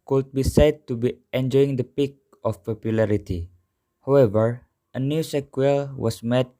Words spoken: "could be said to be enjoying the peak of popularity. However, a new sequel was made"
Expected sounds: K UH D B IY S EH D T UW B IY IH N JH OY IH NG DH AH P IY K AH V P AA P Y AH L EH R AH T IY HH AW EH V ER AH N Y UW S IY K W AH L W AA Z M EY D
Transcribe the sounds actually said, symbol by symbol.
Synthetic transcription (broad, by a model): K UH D B IY S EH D T UW B IY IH N JH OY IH NG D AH P IY K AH F P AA P Y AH L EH R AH T IY HH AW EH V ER AH N Y UW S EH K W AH L W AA S M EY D